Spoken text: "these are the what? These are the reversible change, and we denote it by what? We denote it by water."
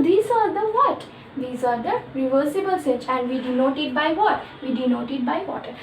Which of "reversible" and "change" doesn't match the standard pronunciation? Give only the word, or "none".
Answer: change